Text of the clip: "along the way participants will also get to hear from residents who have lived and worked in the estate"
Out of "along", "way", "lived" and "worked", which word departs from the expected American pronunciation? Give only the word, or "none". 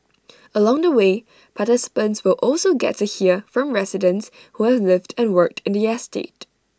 none